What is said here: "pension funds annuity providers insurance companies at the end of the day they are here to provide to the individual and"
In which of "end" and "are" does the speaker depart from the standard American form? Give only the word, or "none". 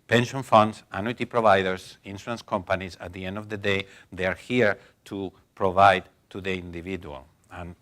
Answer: none